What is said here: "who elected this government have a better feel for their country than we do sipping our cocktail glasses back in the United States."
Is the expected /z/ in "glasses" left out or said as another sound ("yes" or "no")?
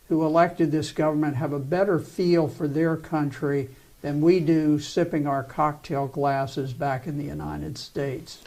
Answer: no